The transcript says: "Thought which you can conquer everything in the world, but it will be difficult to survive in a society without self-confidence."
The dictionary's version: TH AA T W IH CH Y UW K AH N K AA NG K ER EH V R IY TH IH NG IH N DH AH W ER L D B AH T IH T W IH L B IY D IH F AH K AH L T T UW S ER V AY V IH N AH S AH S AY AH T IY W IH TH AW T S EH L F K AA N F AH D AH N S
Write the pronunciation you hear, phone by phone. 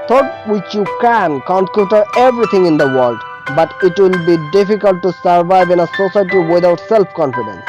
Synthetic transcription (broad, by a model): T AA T W IH CH Y UW K AH N K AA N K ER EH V R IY T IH NG IH N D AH W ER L D B AH T IH T W IH L B IY D IH F AH K AH L T T UW S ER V AY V IH N AH S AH S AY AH T IY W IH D AW T S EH L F K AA N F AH D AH N S